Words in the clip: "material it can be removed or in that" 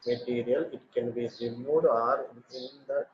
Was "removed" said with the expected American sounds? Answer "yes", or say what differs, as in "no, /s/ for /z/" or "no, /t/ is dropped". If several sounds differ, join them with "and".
no, /v/ is dropped